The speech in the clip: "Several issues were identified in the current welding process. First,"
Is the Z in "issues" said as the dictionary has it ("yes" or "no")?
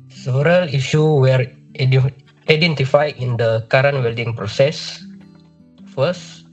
no